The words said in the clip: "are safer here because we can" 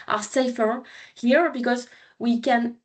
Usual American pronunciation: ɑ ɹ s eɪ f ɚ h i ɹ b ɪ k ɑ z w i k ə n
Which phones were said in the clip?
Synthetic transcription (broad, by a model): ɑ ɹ s eɪ f ɚ h i ɹ b ɪ k ɑ z w i k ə n